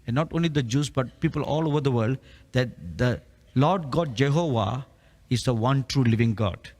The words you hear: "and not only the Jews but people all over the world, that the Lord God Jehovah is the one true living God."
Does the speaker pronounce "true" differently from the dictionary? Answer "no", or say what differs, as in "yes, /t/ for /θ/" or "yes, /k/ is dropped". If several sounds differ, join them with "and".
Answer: no